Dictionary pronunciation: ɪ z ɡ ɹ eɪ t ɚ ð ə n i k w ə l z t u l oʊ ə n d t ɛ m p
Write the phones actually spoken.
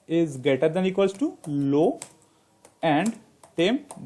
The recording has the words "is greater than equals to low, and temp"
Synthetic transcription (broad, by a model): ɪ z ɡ eɪ t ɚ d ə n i k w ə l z t u l oʊ ə n d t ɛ m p